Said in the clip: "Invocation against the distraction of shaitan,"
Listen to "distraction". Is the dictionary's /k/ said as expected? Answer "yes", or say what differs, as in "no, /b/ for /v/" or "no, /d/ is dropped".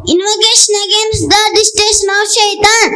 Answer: no, /k/ is dropped